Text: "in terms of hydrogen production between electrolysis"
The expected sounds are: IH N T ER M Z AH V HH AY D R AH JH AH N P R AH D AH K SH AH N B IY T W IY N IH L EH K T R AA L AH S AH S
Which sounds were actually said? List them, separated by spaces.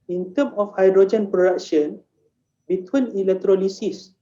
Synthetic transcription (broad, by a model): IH N T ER M AH F HH AY D R AH JH AH N P R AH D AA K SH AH N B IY T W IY N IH L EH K T R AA L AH S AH S